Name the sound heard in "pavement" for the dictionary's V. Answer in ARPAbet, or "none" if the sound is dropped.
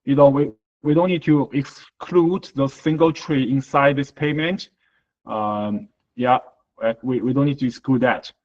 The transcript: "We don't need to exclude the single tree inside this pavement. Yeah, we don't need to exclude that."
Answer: none